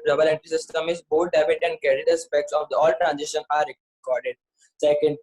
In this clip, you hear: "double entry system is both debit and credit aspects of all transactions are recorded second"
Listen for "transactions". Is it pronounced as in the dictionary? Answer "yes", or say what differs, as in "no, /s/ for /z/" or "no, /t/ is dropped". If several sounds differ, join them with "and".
no, /k/ is dropped and /z/ is dropped